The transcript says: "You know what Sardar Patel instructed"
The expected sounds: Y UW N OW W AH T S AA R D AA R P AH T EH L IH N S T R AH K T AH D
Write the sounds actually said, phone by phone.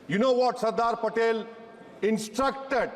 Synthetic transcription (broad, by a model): Y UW N OW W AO T S AA R D AA R P AH T EH L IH N S T R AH K T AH D